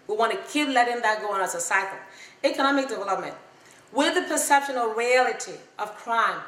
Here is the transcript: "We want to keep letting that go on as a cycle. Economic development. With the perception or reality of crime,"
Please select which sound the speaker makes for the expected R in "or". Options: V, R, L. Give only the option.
L